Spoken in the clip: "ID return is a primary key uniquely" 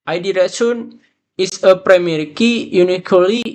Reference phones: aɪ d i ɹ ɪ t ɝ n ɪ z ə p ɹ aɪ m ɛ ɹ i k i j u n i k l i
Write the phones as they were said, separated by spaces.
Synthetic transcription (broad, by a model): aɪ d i ɹ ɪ s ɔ n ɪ s ə p ɹ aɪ m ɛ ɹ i k i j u n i k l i